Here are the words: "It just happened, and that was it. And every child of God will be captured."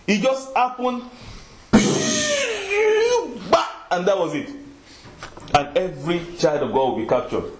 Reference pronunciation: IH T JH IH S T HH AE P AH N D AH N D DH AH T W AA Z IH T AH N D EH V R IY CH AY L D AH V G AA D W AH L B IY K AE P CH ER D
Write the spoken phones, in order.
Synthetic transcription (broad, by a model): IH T JH IH S T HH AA P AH N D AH N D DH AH T W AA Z IH T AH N EH V R IY CH AY L D AH V G AA D W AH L B IY K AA P CH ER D